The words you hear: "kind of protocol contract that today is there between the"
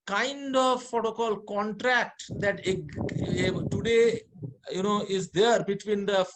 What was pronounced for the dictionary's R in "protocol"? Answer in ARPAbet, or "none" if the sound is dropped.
none